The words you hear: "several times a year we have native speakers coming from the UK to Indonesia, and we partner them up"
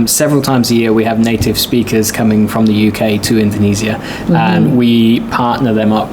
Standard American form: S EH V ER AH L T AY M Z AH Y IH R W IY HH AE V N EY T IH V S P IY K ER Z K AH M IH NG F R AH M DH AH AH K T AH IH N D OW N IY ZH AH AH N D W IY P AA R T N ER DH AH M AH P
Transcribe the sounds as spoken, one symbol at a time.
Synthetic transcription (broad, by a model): S EH V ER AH L T AY M Z AH Y IH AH W IY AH V N EY T IH V S P IY K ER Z K AH M IH NG F R AH M DH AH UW K T AH IH N D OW N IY Z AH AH N W IY P AA T N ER DH AH M AH P